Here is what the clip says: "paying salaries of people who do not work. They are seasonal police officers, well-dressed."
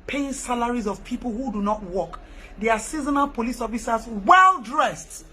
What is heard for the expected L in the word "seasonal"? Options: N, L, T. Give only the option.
N